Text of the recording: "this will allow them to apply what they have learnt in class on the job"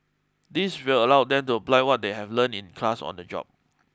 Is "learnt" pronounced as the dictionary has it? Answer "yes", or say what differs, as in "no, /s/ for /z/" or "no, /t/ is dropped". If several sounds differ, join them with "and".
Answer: no, /t/ is dropped